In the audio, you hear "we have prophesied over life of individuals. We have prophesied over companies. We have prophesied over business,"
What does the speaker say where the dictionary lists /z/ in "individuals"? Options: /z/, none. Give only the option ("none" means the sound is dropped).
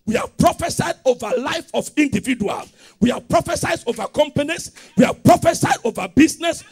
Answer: none